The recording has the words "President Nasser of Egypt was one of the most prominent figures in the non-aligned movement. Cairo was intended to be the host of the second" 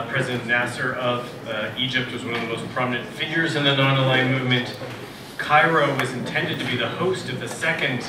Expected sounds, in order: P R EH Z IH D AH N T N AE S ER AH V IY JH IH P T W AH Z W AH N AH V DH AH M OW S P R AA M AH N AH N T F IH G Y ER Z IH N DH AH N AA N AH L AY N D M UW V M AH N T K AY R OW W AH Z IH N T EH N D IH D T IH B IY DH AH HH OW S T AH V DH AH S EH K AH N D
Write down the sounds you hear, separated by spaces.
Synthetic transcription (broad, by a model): P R EH Z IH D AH N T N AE S ER AH V IY JH IH P T W AH Z W AH N AH V DH AH M OW S P R AA M AH N AH N T F IH G Y ER Z IH N DH AH N AA N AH L AY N M UW V M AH N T K AY R OW W AH Z IH N T EH N D IH D T IH B IY DH AH HH OW S T AH V DH AH S EH K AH N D